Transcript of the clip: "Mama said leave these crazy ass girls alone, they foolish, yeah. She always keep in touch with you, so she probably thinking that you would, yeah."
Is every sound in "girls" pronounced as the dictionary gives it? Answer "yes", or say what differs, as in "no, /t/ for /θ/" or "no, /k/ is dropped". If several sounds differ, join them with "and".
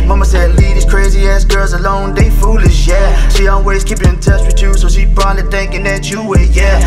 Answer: yes